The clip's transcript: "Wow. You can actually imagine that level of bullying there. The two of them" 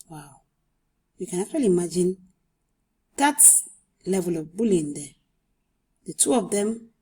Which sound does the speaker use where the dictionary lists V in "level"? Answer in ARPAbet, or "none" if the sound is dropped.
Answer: V